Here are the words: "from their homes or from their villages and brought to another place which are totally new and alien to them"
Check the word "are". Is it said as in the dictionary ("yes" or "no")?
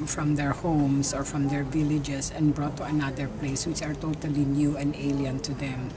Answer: yes